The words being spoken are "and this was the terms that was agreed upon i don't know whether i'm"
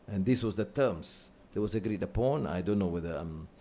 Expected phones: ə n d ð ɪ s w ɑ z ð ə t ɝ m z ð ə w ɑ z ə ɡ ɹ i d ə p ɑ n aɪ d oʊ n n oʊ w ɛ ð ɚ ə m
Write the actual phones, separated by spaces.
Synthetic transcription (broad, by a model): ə n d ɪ s w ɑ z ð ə t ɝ m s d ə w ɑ s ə ɡ ɹ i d ə p ɑ n aɪ d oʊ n n oʊ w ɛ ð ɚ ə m